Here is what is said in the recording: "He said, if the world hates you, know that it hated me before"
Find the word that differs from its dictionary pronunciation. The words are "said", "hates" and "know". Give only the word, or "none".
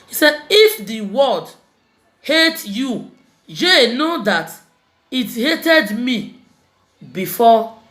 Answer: hates